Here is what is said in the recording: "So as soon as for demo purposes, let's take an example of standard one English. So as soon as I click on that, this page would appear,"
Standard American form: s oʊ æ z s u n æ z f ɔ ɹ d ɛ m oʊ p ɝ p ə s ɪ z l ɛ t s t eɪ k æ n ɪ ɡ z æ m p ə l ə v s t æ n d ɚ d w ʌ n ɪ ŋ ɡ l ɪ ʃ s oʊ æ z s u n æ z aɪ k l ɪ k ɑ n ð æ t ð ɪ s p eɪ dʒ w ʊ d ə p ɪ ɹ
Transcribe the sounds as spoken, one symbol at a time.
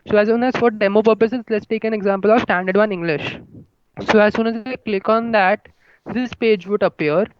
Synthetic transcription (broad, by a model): s oʊ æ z s u n æ z f ɔ ɹ d ɛ m oʊ p ɝ p ə s ɪ z l ɛ t s t eɪ k æ n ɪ ɡ z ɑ m p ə l ə v s t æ n d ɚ d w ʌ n ɪ ŋ ɡ l ɪ ʃ s oʊ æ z s u n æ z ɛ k l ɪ k ɑ n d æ t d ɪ s p eɪ dʒ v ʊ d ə p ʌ ɹ